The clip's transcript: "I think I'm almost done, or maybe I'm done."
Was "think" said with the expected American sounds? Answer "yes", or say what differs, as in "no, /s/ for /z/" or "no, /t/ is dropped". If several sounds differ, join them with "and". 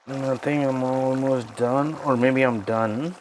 no, /t/ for /θ/ and /k/ is dropped